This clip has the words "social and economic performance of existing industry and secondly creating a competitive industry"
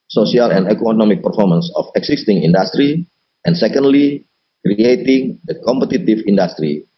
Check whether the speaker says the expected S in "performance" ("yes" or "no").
yes